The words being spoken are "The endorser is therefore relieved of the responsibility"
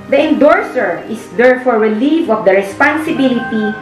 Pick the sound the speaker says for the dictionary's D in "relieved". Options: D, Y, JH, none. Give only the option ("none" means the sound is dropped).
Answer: none